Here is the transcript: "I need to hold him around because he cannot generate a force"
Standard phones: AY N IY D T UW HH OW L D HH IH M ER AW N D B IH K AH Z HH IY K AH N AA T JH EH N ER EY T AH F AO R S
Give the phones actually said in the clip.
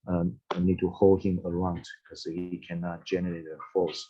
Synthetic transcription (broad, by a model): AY N IY D T UW HH OW L D HH IH M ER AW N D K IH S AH HH IY K AH N AA T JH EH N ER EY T AH F AO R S